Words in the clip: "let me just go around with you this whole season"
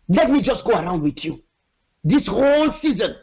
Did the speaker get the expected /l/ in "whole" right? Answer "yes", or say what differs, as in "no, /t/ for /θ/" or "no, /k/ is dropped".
yes